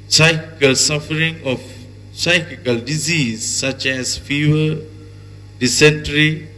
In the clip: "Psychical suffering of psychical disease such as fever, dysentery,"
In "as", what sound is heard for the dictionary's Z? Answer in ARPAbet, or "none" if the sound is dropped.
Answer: S